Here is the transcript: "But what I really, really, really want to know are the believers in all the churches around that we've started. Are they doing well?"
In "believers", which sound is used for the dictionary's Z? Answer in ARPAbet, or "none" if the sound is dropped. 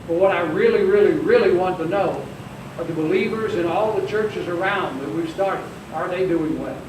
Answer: Z